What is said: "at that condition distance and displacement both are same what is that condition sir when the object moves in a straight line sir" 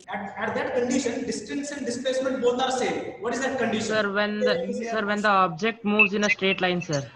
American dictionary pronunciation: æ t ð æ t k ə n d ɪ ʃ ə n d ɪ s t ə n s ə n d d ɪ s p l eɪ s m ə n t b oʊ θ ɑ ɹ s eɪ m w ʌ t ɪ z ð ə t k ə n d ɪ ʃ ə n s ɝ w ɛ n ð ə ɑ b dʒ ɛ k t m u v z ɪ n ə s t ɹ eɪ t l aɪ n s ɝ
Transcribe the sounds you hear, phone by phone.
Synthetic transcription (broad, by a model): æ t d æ t k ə n d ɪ ʃ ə n d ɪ s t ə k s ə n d d ɪ s p l eɪ s m ə n t b oʊ t ɑ ɹ s eɪ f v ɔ t ɪ z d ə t k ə n d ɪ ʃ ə n s ɝ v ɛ n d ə ɑ b dʒ ɛ k t m u v z ɪ n ə s t ɹ eɪ t l aɪ n s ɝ